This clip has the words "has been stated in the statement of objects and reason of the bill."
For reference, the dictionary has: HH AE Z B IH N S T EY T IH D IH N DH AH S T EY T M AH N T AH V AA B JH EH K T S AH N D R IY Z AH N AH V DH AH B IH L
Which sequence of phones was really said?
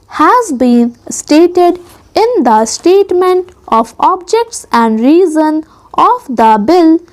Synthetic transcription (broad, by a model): HH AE Z B IH N S T EY T IH D IH N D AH S T EY T M AH N T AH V AA B JH EH K T S AH N D R IY Z AH N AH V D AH B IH L